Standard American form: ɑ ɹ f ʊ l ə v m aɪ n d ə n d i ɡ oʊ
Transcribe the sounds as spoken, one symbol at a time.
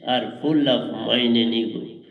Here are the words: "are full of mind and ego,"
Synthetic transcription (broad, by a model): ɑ ɹ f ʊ l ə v m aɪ n ə n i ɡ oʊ